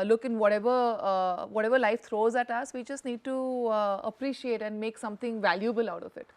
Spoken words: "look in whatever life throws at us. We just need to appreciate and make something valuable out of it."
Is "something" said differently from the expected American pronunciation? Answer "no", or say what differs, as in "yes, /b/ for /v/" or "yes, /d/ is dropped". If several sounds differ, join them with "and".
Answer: yes, /t/ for /θ/